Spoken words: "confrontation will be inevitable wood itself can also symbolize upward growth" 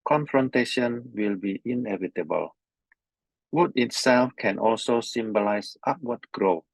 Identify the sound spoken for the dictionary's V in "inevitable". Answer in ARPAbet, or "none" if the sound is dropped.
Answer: V